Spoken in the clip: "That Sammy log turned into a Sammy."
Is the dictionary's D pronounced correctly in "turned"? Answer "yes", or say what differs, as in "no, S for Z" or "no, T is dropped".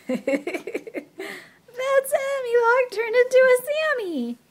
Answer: no, D is dropped